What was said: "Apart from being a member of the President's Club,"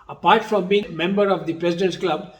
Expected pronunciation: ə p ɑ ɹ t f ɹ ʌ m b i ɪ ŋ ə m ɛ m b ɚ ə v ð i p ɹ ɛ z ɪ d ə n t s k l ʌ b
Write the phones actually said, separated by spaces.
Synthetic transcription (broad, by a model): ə p ɑ ɹ t f ɹ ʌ m b i ɪ ŋ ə m ɛ m b ɚ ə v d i p ɹ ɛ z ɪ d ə n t k l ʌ b